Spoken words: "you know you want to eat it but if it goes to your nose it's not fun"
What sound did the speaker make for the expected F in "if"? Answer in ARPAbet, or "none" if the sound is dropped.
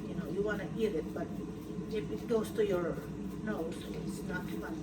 P